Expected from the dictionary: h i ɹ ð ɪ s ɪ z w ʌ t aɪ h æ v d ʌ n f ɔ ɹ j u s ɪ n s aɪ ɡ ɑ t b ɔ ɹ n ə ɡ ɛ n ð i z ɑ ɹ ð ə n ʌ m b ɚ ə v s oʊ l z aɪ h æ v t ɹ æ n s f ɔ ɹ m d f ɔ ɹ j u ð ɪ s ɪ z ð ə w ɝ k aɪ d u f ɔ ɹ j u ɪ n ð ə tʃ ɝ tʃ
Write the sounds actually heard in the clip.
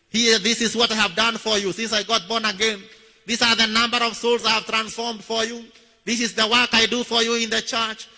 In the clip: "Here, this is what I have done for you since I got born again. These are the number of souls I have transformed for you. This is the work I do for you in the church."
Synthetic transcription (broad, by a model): h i ð ɪ s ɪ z w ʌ t aɪ h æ v d ʌ n f ɔ ɹ j u s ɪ n s aɪ ɡ ɑ t b ɔ ɹ n ə ɡ ɛ n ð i s ɑ ɹ ð ə n ʌ m b ɚ ə v s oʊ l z aɪ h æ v t ɹ æ n s f ɔ ɹ m d f ɔ ɹ j u ð ɪ s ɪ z ð ə w ɝ k aɪ d u f ɔ ɹ j u ɪ n ð ə tʃ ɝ tʃ